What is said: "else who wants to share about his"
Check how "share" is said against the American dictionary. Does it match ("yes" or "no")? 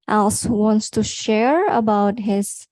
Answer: yes